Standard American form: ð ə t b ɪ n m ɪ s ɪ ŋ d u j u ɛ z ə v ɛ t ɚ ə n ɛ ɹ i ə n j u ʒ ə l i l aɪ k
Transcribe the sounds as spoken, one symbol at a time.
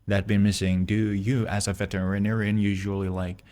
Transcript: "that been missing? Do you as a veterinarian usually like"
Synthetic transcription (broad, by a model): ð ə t b ɪ n m ɪ s ɪ ŋ d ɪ j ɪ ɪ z ə v ɛ t ɚ ə n ɛ ɹ i ə n j u ʒ ə l i l aɪ k